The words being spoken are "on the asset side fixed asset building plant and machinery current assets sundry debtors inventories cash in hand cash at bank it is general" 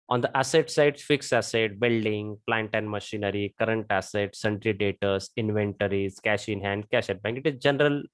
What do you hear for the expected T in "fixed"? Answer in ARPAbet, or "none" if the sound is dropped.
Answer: none